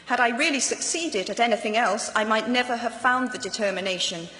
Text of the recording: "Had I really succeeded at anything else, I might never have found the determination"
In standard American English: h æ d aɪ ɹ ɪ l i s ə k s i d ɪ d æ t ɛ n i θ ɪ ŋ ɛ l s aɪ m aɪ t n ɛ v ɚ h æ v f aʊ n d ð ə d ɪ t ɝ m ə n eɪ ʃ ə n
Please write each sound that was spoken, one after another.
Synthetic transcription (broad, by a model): h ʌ d aɪ ɹ ɪ l i s ə k s i d ɪ d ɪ t ɛ n i θ ɪ ŋ ɛ l s aɪ m aɪ t n ɛ v ɚ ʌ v f aʊ n ð ə d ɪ t ɝ m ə n eɪ ʃ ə n